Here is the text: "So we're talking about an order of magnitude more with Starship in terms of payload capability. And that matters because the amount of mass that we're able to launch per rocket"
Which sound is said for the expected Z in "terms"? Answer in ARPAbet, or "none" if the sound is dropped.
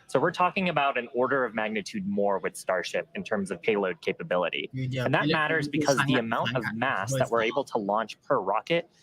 Z